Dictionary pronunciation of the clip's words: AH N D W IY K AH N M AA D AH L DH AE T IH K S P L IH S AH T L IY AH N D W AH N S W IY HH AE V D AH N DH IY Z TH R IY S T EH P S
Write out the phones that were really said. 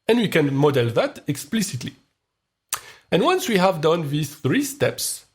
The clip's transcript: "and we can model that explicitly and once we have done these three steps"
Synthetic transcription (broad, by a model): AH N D W IY K AH N M AA D AH L DH AE T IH K S P L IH S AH T L IY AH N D W AH N S W IY HH AE V D AH N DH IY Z TH R IY S T EH P S